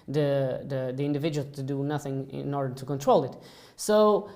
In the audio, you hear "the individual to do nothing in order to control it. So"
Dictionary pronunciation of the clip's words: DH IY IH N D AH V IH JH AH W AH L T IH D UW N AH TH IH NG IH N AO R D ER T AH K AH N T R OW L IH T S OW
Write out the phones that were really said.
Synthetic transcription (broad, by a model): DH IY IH N D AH V IH JH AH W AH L T IH D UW N AH TH IH NG IH N AO R D ER T AH K AH N T R OW L IH T S OW